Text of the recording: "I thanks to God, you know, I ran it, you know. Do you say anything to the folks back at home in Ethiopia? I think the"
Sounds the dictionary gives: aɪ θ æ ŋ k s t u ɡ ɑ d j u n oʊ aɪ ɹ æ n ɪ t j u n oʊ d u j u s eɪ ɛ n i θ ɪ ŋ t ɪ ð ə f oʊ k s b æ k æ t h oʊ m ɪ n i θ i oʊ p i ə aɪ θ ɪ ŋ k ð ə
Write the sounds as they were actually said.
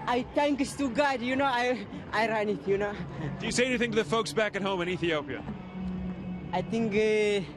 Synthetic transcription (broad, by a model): aɪ t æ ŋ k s t u ɡ ɑ d j u n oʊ aɪ ɹ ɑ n ɪ t j u n oʊ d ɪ j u s eɪ ɛ n i θ ɪ ŋ t ɪ ð ə f oʊ k s b æ k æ t h oʊ m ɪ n i θ i oʊ p i ə aɪ t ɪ ŋ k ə